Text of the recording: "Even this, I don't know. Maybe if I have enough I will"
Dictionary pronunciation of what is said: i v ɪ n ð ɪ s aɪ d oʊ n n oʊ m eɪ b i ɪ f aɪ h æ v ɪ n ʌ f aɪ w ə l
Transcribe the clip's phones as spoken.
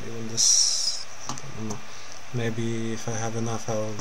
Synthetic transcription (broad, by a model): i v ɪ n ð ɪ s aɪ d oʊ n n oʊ m eɪ b i ɪ f aɪ h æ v ɪ n ʌ f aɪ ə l